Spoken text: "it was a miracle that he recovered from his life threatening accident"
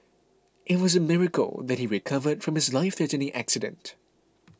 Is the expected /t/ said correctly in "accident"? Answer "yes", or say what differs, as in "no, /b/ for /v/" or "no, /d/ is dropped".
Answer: yes